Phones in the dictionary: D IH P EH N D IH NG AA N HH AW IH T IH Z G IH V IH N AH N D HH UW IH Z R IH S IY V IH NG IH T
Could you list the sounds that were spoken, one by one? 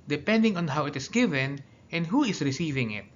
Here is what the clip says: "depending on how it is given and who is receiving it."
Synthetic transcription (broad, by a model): D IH P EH N D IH NG AA N HH AW IH T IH S G IH V IH N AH N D HH UW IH S R IH S IY V IH NG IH T